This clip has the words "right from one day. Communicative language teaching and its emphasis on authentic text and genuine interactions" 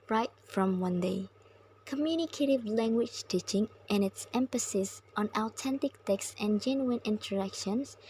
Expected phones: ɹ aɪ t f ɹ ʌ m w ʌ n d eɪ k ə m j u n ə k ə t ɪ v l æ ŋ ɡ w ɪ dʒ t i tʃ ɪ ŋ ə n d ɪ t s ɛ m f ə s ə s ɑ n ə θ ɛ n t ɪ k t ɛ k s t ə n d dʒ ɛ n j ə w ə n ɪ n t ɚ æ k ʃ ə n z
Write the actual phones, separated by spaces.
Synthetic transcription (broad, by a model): ɹ aɪ t f ɹ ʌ m w ʌ n d eɪ k ə m j u n ə k ə t ɪ v l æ ŋ ɡ w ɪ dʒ t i tʃ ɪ ŋ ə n ɪ t s ɛ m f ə s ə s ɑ n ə t ɛ n t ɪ k t ɛ k s t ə n dʒ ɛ n j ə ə n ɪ n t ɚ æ k ʃ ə n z